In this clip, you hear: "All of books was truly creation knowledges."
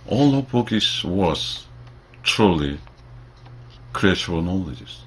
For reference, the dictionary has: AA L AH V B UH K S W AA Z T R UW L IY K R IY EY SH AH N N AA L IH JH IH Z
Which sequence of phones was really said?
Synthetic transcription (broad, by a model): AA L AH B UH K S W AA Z T R UW L IY K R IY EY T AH L N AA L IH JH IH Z